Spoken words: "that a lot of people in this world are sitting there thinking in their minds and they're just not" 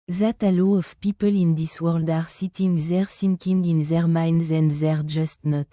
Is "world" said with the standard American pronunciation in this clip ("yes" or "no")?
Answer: yes